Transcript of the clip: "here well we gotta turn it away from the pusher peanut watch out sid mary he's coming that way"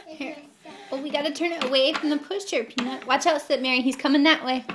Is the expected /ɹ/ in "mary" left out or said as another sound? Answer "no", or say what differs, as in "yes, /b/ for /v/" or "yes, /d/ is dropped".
no